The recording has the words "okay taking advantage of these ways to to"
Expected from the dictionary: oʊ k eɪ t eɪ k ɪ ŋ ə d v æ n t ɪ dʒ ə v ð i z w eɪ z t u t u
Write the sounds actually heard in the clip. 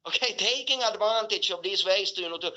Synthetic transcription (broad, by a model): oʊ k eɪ t eɪ k ɪ ŋ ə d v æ n t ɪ tʃ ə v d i s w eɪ s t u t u